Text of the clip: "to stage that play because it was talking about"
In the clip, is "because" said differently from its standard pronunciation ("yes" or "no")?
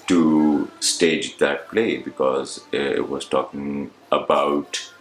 no